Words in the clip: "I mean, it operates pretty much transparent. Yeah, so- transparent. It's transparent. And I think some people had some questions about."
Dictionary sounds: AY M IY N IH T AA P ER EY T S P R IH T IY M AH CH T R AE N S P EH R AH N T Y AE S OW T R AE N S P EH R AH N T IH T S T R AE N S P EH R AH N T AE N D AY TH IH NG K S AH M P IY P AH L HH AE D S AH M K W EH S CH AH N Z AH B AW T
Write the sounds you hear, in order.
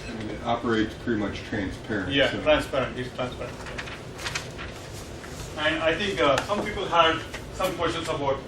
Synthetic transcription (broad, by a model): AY M IY N IH T AA P ER EY T S P R IH T IY M AH CH T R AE N S P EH R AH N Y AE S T R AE N S P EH R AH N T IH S T R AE N S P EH R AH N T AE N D AY T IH NG K S AH M P IY P AH L HH AE D S AH M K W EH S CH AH N S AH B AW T